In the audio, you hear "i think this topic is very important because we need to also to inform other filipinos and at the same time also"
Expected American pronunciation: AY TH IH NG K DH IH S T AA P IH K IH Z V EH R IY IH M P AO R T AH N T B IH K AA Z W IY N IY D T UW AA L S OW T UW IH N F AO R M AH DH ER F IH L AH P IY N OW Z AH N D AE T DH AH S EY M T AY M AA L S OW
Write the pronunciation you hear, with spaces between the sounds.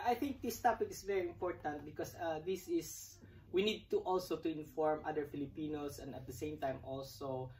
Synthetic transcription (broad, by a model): AY TH IH NG K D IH S T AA P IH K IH S V EH R IY IH M P AO R T AH N T B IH K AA S W IY N IY D T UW AA L S OW T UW IH N F AO R M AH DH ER F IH L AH P IY N OW S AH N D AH T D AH S EY M T AY M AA L S OW